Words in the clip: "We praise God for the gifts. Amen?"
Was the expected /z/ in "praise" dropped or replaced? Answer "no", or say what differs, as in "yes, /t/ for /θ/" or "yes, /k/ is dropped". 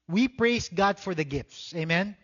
yes, /s/ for /z/